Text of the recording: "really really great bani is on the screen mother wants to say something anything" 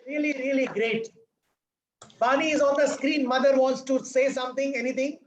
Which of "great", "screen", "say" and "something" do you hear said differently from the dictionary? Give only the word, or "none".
something